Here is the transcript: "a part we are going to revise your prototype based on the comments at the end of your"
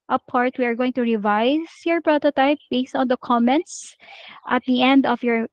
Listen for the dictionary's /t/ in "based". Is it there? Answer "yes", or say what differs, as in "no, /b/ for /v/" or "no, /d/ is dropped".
yes